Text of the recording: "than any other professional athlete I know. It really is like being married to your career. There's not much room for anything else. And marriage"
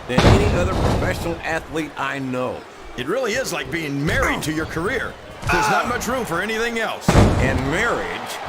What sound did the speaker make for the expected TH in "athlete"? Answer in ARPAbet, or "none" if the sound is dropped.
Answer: TH